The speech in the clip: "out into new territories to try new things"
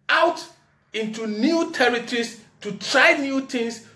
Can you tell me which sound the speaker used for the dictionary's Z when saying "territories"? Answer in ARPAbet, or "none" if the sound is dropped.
S